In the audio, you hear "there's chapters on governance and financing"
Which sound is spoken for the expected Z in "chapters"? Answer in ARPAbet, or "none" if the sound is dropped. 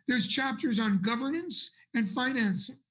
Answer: Z